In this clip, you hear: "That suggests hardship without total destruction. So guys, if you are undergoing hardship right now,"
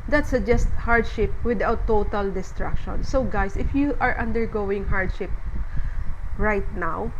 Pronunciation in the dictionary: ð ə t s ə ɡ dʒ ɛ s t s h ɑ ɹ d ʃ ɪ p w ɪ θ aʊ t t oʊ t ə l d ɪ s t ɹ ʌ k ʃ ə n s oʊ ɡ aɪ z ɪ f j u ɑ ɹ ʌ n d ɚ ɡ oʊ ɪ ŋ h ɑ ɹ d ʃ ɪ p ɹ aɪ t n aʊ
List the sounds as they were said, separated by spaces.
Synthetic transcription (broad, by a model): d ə t s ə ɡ dʒ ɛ s t h ɑ ɹ d ʃ ɪ p w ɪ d aʊ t t oʊ t ə l d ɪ s t ɹ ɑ k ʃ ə n s oʊ ɡ aɪ s ɪ f j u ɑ ɹ ʌ n d ɚ ɡ oʊ ɪ ŋ h ɑ ɹ d ʃ ɪ p ɹ aɪ t n aʊ